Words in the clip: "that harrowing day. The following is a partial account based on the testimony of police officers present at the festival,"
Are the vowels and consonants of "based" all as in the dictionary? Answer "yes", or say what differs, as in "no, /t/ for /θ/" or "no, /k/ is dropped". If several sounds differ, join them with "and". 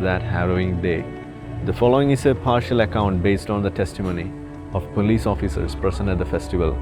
yes